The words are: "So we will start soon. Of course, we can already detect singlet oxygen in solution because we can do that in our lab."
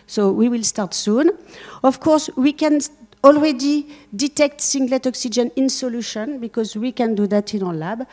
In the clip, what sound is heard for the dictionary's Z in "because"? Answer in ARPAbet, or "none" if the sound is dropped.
Z